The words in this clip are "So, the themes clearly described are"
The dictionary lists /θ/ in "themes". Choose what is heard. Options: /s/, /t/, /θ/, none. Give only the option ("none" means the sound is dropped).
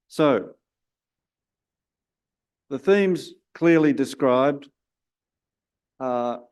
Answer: /θ/